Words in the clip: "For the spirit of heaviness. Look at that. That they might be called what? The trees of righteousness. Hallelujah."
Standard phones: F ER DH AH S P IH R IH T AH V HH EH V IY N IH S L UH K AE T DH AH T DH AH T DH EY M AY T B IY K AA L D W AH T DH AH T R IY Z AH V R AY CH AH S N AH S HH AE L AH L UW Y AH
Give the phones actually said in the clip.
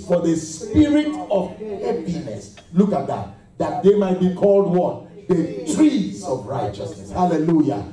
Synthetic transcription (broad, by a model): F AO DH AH S P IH R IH T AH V HH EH P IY N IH S L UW K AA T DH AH T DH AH T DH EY M AY T B IY K AA L D W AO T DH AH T R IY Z AH V R AY CH AH S N AH S HH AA L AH L UW Y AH